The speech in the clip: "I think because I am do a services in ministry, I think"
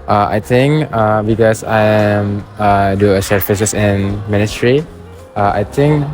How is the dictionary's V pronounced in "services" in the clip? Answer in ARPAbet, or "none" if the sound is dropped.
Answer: F